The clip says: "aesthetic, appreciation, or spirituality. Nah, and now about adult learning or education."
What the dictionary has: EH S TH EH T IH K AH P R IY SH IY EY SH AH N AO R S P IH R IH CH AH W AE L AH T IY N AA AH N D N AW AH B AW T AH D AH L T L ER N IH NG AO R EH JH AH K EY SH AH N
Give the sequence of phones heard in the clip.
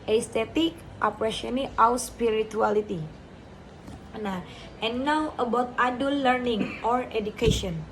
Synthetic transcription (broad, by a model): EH S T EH T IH K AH P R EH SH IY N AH AO W S P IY R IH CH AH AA L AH T IY N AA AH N N AW AH B AW T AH D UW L L ER N IH NG AO R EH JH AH K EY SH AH N